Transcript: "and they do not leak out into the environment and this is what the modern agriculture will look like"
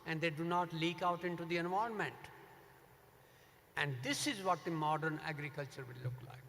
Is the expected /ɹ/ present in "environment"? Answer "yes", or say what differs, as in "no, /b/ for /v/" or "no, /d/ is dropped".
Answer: no, /ɹ/ is dropped